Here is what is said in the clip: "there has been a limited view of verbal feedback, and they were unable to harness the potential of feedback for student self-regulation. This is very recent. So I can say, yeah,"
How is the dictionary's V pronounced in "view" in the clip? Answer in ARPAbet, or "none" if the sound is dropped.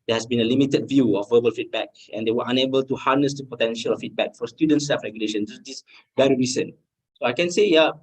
V